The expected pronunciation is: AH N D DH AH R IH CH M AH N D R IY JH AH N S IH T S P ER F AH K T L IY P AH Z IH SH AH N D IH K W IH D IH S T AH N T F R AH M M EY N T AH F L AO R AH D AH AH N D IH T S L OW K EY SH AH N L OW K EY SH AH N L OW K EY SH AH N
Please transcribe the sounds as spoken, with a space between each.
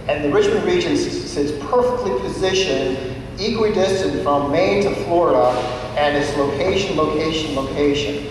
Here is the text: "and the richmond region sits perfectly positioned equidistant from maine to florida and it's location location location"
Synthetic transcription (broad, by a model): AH N DH AH R IH CH M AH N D R IY JH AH N S IH T S P ER F AH K T L IY P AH Z IH SH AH N IH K W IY D IH S T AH N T F R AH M M EY N T AH F L AO R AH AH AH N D IH T S L OW K EY SH AH N L OW K EY SH AH N L OW K EY SH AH N